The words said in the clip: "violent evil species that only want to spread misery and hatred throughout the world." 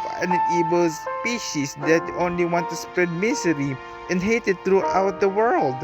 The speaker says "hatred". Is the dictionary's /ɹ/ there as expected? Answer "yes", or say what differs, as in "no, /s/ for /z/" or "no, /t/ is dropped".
no, /ɹ/ is dropped